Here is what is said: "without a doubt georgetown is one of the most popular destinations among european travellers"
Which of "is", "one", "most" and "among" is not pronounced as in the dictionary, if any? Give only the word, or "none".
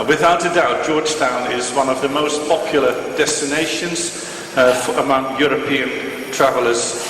none